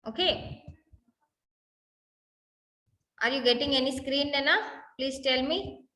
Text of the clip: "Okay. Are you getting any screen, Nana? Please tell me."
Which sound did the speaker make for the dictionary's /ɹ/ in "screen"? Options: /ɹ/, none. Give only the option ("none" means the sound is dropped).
/ɹ/